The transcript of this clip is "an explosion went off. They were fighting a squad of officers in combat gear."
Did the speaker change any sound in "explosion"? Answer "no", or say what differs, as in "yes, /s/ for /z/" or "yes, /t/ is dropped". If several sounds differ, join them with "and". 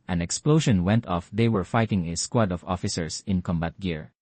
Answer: yes, /ʃ/ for /ʒ/